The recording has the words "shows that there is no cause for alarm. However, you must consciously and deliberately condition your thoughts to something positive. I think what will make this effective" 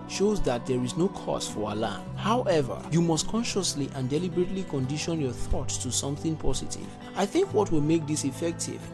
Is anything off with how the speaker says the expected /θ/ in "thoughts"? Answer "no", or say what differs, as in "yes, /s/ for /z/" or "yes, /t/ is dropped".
no